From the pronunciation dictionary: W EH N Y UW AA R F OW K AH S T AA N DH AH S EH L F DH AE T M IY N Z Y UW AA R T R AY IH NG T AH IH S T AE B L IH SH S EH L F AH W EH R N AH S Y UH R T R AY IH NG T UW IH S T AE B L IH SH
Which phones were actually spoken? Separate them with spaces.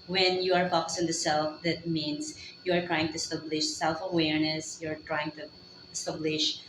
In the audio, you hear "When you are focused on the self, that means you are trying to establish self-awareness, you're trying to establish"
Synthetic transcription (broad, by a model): W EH N Y UW AA R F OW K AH S IH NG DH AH S EH L F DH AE T M IY N S Y UW AA R T R AY IH NG T AH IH S T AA B L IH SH S EH L F AH W EH R N AH S Y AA R T R AY IH NG T UW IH S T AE B L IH SH